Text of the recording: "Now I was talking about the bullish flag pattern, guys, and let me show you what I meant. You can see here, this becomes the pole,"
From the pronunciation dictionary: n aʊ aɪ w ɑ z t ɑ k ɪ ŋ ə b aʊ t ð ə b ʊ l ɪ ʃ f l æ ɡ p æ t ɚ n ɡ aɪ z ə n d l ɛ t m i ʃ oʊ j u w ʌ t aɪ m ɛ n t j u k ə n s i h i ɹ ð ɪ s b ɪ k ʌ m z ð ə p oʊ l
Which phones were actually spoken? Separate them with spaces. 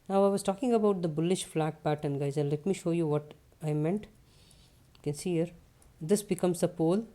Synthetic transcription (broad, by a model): n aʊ aɪ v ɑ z t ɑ k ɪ ŋ ə b aʊ t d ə b ʊ l ɪ ʃ f l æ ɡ p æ t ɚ n ɡ aɪ z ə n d l ɛ t m i ʃ oʊ j u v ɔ t aɪ m ɛ n t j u k ə n s i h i ɹ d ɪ s b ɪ k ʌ m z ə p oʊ l